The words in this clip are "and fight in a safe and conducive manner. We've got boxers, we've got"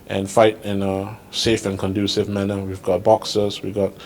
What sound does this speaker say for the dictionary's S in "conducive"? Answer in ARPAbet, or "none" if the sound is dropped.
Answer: S